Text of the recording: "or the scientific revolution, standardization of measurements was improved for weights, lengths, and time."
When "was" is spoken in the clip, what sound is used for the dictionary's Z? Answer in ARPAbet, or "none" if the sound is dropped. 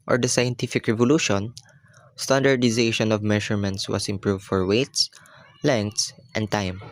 S